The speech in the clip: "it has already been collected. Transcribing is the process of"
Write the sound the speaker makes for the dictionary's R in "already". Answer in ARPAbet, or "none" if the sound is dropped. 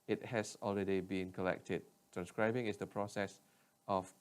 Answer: L